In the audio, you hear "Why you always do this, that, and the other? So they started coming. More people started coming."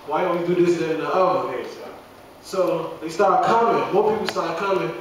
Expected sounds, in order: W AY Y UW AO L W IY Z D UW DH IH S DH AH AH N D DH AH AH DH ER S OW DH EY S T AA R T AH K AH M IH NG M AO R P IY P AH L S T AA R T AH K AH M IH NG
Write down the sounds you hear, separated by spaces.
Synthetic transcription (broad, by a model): W AY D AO W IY D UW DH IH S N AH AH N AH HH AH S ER S OW DH EY S T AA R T K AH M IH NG M AO R P IY P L S T AA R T K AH M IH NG